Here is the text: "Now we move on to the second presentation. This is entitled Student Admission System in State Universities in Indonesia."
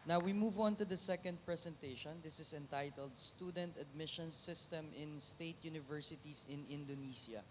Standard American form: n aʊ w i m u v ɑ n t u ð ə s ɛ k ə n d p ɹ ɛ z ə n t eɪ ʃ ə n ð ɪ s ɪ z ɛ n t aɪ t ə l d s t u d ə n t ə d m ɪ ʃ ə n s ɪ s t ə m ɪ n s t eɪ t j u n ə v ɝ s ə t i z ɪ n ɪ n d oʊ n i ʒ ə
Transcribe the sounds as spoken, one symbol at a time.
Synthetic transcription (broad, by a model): n aʊ w i m u v ɑ n t u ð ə s ɛ k ə n d p ɹ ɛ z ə n t eɪ ʃ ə n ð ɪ s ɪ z ɛ n t aɪ t ə l d s t u d ə n t ə d m ɪ ʃ ə n s ɪ s t ə m ɪ n s t eɪ t j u n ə v ɝ s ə t i s ɪ n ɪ n d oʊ n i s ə